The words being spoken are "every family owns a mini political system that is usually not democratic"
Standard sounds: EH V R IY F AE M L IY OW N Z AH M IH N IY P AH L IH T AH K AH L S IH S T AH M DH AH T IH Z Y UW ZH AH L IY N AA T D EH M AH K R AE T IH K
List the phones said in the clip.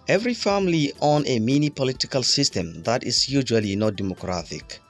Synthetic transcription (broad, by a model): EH V R IY F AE M L IY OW N AH M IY N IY P AH L IH T AH K AH L S IH S T AH M DH AH T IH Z Y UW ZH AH L IY N AA T D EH M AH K R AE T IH K